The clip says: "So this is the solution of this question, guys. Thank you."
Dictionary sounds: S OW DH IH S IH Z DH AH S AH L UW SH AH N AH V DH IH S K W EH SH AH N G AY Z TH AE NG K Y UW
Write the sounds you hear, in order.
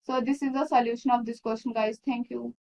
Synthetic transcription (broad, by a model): S OW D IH S IH Z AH S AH L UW SH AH N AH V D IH S K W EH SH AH N G AY Z T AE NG K Y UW